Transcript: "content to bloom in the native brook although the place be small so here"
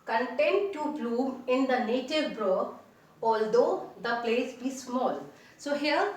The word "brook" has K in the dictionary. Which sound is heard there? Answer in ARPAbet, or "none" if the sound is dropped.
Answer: none